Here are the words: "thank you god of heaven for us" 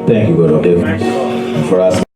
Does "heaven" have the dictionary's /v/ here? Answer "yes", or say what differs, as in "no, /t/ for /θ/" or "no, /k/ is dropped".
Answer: no, /v/ is dropped